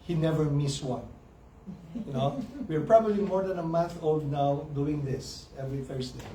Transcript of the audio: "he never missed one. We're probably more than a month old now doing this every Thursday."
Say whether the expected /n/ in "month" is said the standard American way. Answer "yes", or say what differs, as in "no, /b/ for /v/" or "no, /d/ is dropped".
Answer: yes